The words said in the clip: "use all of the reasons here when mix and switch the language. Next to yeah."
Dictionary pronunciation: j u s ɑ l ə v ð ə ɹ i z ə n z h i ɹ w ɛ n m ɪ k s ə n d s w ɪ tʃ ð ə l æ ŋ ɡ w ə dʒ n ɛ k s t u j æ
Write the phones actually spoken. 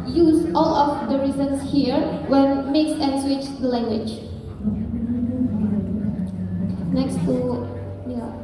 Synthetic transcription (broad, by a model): j u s ɑ l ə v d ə ɹ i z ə n s h i ɹ w ɛ n m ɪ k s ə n s w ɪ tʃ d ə l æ ŋ ɡ w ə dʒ n ɛ k s t u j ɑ